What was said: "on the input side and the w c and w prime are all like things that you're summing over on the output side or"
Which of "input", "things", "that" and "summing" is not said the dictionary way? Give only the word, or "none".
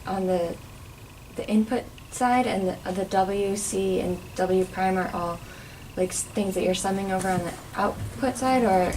none